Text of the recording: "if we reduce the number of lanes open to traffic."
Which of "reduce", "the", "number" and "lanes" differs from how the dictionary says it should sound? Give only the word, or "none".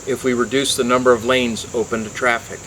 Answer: none